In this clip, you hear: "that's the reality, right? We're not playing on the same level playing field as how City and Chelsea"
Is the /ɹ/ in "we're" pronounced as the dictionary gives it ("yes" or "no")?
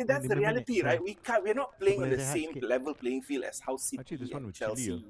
no